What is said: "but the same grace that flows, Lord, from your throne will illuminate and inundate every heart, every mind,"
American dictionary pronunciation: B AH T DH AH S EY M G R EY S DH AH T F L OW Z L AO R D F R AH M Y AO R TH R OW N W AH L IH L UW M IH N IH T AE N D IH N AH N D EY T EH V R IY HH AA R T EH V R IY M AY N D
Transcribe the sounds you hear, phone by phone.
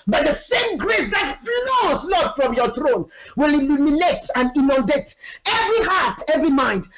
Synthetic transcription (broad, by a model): B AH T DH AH S EY M G R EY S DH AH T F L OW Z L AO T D F R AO M Y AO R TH R OW N W AH L IH L UW M IH N IH T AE N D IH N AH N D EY T EH V R IY HH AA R T EH V R IY M AY N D